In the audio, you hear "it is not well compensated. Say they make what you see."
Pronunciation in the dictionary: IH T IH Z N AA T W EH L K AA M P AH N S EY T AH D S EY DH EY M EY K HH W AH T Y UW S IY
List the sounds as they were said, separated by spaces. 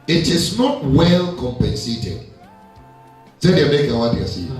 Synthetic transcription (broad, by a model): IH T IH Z N AA T W EH L K AA M P AH N S EY T AH D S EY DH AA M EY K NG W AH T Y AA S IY